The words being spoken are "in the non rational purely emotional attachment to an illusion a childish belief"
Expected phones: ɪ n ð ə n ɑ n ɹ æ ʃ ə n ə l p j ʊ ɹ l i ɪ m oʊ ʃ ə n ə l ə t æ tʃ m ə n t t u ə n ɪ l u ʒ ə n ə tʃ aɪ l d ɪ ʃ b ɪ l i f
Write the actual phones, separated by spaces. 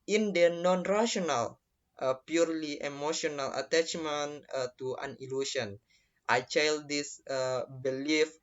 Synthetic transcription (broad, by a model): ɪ n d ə n ɑ n ɹ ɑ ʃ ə n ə l p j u ɹ l i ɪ m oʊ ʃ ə n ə l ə t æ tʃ m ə n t t u ə n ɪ l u s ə n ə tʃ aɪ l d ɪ s b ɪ l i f